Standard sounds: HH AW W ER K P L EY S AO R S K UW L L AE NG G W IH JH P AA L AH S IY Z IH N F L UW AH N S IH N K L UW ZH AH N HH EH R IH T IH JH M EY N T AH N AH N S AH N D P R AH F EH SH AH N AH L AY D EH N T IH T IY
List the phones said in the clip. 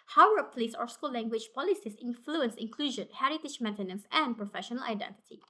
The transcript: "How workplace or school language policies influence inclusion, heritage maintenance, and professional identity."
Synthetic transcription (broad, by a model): HH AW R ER P L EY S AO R S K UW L L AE NG G W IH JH P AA L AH S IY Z IH N F L UW AH N S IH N K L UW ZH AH N HH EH R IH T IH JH M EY N T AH N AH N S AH N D P R AH F EH SH AH N AH L AY D EH N T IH T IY